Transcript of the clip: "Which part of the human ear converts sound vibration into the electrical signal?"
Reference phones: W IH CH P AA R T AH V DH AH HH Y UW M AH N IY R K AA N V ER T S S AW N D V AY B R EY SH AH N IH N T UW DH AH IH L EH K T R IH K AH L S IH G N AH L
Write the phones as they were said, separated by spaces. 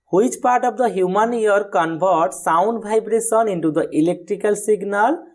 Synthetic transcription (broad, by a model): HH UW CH P AA R T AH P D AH HH Y UW M AH N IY R K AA N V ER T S S AW N D B AY B R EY S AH N IH N T UW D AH IH L EH K T R IH K AH L S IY G N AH L